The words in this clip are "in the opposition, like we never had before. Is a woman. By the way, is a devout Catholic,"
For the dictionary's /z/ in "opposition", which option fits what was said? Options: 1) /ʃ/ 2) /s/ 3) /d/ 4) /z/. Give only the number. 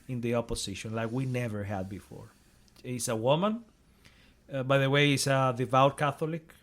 2